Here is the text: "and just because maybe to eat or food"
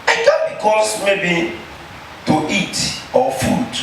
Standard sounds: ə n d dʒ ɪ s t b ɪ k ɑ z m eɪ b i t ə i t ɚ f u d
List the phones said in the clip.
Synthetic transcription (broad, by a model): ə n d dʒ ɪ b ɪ k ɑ s m eɪ b i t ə i t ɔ f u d